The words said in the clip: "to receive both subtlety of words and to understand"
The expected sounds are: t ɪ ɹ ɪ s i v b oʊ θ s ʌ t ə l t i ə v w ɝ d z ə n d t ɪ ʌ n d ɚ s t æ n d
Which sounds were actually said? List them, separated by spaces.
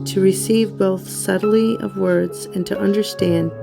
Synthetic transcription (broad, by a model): t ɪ ɹ ɪ s i v b oʊ θ s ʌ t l i ə v w ɝ d z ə n t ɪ ʌ n d ɚ s t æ n d